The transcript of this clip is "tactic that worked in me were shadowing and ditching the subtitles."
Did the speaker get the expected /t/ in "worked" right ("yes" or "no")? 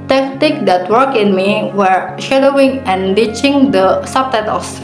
no